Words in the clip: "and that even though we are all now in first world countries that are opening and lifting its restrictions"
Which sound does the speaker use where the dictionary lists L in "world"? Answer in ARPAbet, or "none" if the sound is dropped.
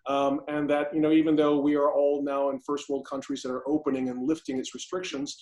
L